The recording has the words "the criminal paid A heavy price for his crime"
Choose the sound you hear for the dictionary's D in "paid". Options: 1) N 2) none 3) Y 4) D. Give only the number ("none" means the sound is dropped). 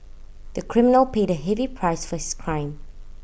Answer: 4